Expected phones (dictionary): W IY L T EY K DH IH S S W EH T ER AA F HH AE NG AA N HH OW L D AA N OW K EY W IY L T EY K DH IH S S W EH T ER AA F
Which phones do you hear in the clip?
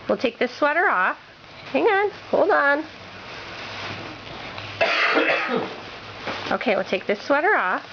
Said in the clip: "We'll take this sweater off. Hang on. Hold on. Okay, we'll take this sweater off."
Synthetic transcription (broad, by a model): W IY L T EY K DH IH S S W EH T ER AA F HH AE NG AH N HH OW L D N OW K EY W IY L T EY K DH IH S S W EH T ER AA F